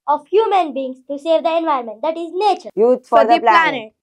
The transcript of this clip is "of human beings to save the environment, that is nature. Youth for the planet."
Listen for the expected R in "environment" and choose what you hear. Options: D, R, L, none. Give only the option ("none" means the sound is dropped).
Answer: none